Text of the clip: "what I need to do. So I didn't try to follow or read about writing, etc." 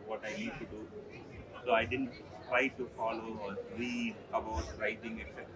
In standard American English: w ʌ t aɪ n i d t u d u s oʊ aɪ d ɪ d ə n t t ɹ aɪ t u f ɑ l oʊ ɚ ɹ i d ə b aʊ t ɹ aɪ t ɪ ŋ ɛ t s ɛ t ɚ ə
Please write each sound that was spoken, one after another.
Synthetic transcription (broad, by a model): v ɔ t aɪ n i d t u d u s oʊ aɪ d ɪ d ə n t t ɹ aɪ t u f ɑ l oʊ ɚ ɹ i ə b aʊ t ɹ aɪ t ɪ ŋ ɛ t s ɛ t